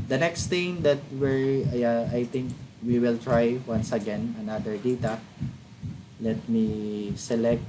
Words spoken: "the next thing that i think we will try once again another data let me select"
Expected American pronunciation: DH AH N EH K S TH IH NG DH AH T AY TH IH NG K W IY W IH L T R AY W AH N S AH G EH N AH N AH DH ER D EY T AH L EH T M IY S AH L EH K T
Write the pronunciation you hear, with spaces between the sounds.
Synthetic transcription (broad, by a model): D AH N EH K S T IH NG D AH T AY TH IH NG K W IY W IH L T R AY W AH N S AH G EH N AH N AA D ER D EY T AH L EH T M IY S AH L EH K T